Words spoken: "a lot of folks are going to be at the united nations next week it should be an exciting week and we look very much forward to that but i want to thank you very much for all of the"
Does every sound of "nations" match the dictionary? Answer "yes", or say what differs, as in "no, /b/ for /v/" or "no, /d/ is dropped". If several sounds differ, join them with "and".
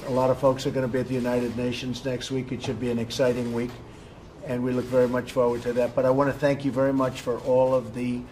yes